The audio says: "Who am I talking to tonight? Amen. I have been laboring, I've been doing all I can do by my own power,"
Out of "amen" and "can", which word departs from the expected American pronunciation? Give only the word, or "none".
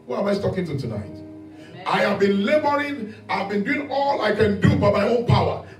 amen